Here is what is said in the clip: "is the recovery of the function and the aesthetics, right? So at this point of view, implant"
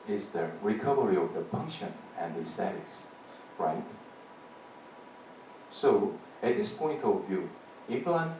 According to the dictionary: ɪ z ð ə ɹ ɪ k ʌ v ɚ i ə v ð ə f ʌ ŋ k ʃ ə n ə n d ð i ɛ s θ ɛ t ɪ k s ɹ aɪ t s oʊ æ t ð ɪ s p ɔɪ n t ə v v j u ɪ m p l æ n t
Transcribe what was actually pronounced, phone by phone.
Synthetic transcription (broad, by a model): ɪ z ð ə ɹ ɪ k ʌ v ɚ i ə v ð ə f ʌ ŋ k ʃ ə n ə n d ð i s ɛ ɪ s ɹ aɪ t s oʊ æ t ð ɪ s p ɔɪ n t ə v v j u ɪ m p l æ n